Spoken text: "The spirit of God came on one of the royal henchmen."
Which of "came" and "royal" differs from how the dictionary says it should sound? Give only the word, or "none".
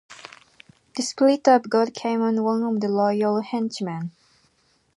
royal